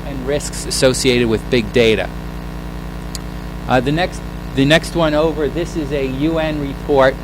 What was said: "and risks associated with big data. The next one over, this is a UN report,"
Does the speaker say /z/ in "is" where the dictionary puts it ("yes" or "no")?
yes